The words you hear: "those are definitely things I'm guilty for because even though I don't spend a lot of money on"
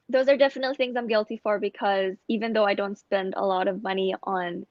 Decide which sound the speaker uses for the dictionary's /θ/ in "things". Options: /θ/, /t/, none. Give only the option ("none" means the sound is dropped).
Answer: /θ/